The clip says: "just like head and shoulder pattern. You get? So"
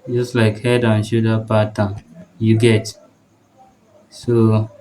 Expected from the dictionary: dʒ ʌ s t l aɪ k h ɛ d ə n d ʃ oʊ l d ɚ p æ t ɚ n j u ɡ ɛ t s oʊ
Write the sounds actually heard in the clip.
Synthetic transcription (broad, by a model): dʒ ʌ s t l aɪ k h ɛ d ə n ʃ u d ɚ p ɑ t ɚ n j u ɡ ɛ t s oʊ